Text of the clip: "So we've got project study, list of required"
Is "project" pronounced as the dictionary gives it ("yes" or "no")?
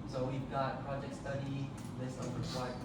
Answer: yes